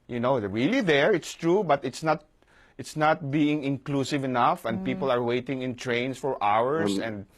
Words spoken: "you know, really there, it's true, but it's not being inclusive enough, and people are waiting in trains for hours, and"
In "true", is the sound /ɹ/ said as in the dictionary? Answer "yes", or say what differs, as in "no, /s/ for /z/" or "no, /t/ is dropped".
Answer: yes